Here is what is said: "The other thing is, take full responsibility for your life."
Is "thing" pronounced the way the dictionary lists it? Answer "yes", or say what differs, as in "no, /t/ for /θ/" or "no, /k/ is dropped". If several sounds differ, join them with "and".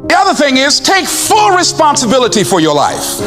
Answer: yes